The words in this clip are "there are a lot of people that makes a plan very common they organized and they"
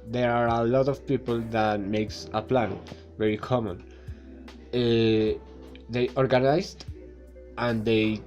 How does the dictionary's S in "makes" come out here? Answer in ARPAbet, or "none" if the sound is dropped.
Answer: S